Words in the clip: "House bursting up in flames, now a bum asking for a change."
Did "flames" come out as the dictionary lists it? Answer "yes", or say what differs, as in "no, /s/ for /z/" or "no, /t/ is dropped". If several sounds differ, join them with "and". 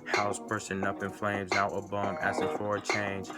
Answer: yes